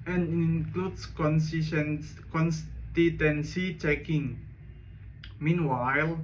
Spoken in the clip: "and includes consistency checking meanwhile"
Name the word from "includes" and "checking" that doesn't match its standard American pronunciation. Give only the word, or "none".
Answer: includes